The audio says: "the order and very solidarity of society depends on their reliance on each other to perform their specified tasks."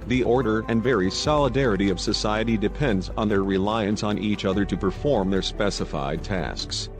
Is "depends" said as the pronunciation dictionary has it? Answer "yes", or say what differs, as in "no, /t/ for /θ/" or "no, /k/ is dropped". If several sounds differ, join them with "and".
yes